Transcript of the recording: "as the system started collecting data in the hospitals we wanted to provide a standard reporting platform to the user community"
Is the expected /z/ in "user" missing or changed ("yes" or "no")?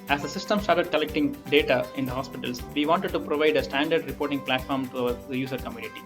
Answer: yes